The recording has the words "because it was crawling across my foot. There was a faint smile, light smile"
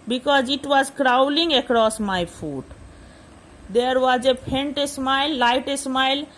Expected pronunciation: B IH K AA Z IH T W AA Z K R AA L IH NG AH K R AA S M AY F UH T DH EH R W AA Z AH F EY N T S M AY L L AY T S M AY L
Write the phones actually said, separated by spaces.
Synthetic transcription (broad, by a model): B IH K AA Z IH T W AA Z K R AA L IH NG AH K R AA S M AY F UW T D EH R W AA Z AH P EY N T S M AY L L AY T S M AY L